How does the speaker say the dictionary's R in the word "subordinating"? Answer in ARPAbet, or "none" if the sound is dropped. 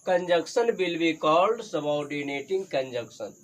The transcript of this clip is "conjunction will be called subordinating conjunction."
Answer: W